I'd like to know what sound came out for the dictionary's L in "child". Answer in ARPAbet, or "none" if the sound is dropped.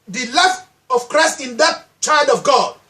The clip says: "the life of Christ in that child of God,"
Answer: L